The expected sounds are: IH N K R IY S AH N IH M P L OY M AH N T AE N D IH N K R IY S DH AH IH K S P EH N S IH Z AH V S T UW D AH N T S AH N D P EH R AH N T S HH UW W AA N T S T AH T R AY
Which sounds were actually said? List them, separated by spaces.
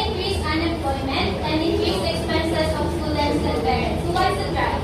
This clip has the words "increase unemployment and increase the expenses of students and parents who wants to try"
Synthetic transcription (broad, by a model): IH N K R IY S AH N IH M P L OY M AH N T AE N D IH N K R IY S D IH K S P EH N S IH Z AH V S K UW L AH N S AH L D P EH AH T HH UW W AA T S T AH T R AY